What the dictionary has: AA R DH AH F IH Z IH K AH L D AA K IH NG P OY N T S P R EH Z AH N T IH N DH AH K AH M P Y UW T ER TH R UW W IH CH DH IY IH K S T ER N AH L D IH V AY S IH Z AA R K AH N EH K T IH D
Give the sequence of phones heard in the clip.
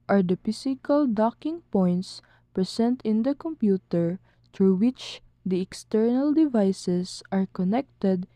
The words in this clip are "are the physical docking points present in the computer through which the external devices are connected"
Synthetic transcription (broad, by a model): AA R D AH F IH S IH K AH L D AA K IH NG P OY N T S P R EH S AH N T IH N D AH K AH M P Y UW T ER T R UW W IH CH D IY IH K S T ER N AH L D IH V AY S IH S AA R K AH N EH K T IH D